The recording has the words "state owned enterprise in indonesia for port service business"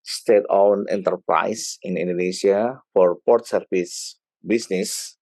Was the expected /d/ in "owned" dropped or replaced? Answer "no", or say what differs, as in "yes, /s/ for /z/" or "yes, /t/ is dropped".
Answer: yes, /d/ is dropped